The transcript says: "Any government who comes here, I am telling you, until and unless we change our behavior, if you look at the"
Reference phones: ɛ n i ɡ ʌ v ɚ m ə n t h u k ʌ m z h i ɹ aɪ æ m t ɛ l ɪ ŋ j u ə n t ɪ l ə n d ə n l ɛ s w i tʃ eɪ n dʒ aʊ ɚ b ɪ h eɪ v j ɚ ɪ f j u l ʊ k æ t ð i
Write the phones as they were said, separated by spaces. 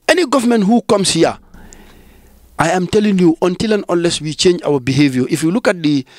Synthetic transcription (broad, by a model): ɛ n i ɡ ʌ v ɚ m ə n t h u k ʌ m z h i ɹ aɪ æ m t ɛ l ɪ ŋ j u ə n t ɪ l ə n ə n l ɛ s w i tʃ eɪ n dʒ aʊ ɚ b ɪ h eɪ v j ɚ ɪ f j u l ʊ k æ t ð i